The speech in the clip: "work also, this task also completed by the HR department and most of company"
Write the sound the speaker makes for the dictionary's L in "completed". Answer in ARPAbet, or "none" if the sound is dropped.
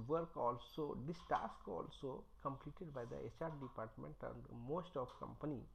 L